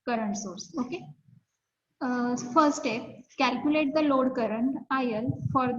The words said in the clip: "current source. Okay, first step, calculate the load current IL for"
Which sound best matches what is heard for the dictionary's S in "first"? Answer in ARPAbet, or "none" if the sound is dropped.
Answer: none